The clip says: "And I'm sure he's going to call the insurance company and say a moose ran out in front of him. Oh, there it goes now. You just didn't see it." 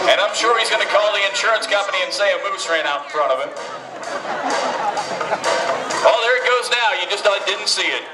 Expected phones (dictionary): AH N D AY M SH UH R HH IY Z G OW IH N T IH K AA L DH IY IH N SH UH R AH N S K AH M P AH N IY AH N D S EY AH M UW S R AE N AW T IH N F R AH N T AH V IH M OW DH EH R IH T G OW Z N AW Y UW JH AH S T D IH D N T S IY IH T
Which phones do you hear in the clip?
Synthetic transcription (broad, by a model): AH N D AY M SH UH R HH IY Z G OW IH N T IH K AA L DH IY IH N SH UH R AH N S K AH M P AH N IY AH N S EY AH M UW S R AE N AW T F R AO T AH V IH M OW DH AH R IH T G OW Z N AW Y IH JH AH S T D IH D N T S IY IH T